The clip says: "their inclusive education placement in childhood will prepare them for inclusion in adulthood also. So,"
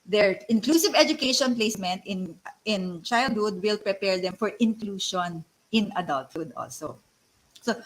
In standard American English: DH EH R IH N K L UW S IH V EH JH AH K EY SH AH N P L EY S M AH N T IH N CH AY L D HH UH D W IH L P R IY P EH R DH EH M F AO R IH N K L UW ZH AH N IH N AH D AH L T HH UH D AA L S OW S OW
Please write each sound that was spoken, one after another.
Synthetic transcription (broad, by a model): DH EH R IH N K L UW S IH V EH JH AH K EY SH AH N P L EY S M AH N T IH N CH AY L D HH UH D W IH L P R IY P EH R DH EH M F AO R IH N K L UW SH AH N IH N AH D AH L T HH UH D AA L S OW S OW